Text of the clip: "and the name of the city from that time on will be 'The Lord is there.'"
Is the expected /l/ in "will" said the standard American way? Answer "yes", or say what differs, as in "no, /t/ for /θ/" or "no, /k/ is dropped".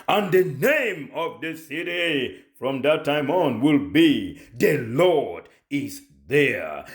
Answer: yes